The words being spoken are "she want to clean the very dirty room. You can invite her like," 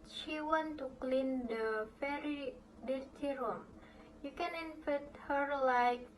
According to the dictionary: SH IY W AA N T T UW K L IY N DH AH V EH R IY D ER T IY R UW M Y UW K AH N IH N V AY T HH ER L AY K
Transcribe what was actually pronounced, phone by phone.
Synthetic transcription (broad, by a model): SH IY W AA N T T UW K L IY N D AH F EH R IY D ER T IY R UW M Y UW K AH N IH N F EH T HH ER L AY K